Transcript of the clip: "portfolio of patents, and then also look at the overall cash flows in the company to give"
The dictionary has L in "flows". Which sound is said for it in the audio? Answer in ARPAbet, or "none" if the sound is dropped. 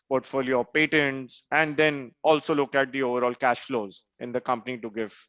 L